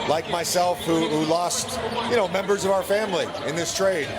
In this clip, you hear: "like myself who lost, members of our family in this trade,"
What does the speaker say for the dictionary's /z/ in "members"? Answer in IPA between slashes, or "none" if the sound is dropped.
/z/